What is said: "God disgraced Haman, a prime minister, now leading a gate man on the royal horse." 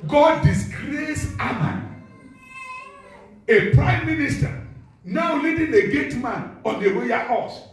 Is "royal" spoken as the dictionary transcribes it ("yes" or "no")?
no